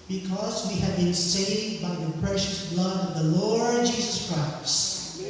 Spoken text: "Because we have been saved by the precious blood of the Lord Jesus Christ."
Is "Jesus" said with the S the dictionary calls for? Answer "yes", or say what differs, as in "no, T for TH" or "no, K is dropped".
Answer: yes